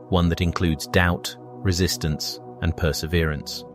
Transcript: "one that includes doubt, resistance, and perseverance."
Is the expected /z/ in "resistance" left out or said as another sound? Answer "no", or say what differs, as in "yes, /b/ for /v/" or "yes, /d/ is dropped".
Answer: no